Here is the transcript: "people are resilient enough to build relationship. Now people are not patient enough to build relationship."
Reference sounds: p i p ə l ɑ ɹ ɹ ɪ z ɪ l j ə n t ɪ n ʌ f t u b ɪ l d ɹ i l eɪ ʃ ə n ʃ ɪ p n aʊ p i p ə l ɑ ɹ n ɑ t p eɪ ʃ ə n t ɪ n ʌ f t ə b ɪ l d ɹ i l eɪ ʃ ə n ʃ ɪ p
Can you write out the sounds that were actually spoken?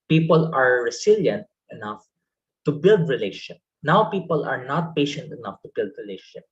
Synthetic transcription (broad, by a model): p i p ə l ɑ ɹ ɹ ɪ s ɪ l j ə n t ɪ n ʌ f t u b ɪ l d ɹ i l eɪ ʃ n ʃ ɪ p n aʊ p i p ə l ɑ ɹ n ɑ t p eɪ ʃ ə n t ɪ n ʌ f t ə b ɪ l d ɹ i l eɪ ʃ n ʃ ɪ p